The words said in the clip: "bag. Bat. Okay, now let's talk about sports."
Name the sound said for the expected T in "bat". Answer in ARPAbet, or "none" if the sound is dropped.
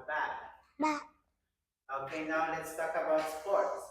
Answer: none